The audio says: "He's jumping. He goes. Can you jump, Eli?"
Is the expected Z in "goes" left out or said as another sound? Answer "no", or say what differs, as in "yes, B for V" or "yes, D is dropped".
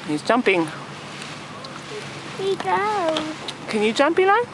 yes, Z is dropped